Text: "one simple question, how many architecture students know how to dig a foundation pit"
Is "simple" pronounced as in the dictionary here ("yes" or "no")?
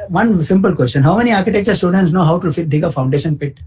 yes